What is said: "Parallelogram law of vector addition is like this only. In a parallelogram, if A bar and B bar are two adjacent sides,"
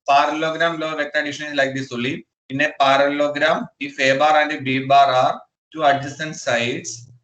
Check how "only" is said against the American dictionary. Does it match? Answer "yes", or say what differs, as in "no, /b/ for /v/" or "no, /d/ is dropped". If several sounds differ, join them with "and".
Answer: no, /n/ is dropped